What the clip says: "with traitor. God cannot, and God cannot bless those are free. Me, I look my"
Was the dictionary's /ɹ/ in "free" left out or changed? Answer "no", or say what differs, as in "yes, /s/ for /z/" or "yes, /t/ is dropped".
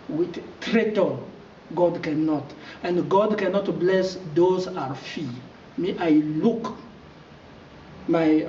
yes, /ɹ/ is dropped